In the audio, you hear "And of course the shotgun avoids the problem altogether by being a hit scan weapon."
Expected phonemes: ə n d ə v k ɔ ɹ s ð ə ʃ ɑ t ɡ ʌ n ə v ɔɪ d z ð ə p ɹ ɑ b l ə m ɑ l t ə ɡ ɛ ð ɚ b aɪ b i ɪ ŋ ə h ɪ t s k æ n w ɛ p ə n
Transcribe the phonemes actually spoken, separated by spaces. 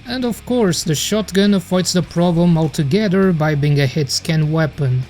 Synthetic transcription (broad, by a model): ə n d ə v k ɔ ɹ s ð ə ʃ ɑ t ɡ ʌ n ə f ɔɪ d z ð ə p ɹ ɑ b l ə m ɑ l t ə ɡ ɛ ð ɚ b aɪ b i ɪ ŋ ə h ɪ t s k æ n w ɛ p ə n